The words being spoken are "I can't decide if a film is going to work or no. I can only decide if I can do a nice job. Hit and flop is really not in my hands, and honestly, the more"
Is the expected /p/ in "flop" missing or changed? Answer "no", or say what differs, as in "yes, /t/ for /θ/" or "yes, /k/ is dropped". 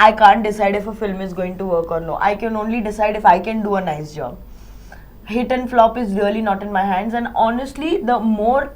no